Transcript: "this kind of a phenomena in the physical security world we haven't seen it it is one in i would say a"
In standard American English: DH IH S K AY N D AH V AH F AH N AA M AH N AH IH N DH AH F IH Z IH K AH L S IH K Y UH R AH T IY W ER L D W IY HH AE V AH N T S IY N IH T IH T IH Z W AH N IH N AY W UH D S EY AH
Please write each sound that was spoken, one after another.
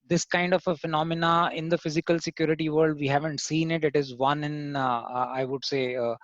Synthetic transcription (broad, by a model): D IH S K AY N D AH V AH F AH N AA M AH N AH IH N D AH F IH Z IH K AH L S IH K Y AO R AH T IY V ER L D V IY HH AE V AH N T S IY N IH T IH T IH Z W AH N IH N AY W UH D S EY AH